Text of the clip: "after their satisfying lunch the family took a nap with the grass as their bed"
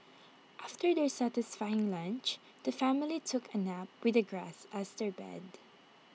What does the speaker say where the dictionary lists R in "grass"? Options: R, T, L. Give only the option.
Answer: R